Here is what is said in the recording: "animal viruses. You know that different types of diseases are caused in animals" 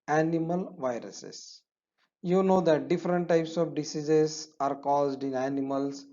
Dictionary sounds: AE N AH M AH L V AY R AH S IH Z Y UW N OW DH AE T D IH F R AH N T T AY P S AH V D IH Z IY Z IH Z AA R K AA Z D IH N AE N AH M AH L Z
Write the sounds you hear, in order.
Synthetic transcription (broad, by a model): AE N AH M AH L V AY R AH S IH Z Y UW N OW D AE T D IH F R AH N T T AY P S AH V D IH S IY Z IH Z AA R K AA Z D IH N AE N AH M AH L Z